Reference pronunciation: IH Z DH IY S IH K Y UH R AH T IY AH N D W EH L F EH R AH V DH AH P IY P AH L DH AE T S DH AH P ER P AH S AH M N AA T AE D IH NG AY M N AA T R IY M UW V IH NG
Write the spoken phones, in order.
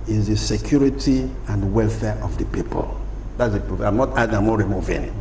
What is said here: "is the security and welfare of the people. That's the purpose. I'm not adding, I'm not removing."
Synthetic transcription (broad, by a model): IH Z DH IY S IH K Y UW R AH T IY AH N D W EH L F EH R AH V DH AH P IY P AH L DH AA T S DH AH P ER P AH AH M N AA T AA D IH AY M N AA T R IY M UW V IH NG